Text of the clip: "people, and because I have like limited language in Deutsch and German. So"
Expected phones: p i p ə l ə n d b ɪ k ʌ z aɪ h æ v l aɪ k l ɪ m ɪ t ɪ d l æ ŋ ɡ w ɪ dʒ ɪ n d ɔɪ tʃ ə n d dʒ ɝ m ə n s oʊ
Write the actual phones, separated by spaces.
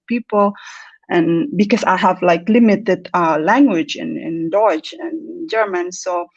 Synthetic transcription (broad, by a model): p i p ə l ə n b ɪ k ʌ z aɪ h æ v l aɪ k l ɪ m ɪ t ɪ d l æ ŋ ɡ w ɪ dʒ ɪ n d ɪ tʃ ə n dʒ ɝ m ə n s oʊ